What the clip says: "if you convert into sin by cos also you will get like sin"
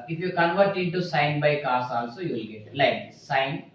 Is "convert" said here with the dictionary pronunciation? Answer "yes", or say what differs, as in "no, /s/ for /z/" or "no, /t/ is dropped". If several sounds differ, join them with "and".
yes